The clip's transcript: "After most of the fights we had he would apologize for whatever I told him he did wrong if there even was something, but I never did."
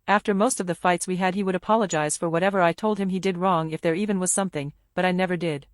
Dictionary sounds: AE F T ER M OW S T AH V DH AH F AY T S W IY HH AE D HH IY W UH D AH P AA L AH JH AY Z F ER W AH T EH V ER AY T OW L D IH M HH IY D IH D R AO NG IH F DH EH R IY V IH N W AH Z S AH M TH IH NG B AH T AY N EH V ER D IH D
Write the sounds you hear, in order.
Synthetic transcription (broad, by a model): AE F T ER M OW S T AH V DH AH F AY T S W IY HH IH D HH IY W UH D AH P AA L AH JH AY Z F ER W AH T EH V ER AY T OW L D IH M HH IY D IH D R AO NG IH F DH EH R IY V IH N W AH Z S AH M TH IH NG B AH T AY N EH V ER D IH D